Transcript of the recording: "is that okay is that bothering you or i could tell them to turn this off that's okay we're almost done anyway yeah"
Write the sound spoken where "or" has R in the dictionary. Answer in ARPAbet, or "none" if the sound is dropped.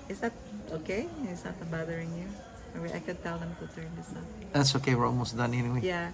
W